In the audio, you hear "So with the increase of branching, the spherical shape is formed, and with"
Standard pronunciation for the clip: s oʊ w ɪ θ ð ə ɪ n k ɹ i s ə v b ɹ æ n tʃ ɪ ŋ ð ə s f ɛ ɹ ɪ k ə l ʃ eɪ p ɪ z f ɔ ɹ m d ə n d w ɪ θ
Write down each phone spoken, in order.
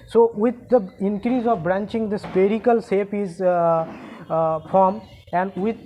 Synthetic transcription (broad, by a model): s oʊ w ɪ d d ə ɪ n k ɹ i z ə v b ɹ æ n tʃ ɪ ŋ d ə s p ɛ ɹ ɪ k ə l s eɪ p ɪ z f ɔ ɹ m ə n d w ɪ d